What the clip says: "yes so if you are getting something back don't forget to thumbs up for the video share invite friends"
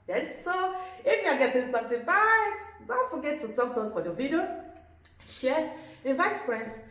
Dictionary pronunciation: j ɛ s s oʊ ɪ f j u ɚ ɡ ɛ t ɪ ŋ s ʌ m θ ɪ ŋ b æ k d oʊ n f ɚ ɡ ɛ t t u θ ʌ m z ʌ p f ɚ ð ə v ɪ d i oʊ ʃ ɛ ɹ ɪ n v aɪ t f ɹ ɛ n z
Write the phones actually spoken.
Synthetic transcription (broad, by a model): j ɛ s s oʊ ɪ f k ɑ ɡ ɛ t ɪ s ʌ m t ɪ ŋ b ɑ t d oʊ n f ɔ ɡ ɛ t t u t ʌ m s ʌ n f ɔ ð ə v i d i oʊ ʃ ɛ ɪ n v aɪ t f ɹ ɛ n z